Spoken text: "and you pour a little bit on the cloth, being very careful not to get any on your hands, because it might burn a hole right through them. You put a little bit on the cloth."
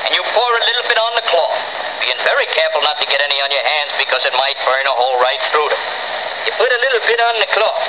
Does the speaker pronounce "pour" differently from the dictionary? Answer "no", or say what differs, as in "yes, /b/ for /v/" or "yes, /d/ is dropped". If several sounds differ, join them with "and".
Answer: no